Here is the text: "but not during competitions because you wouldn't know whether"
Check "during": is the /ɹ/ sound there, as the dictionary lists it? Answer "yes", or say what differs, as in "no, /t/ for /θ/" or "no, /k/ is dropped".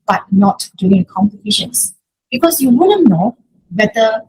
no, /ɹ/ is dropped